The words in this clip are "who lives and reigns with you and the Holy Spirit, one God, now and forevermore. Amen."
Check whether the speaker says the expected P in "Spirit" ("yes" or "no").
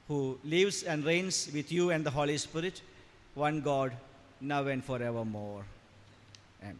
yes